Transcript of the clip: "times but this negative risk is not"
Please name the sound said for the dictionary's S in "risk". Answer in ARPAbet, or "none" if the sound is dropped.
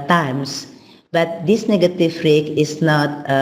none